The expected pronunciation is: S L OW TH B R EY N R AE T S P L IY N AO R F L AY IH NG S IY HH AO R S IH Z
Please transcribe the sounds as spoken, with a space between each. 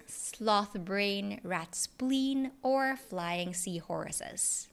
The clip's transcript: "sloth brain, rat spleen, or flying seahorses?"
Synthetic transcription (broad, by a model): S L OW TH B R EY N R AE T S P L IY N AO R F L AY IH NG S IY HH AO R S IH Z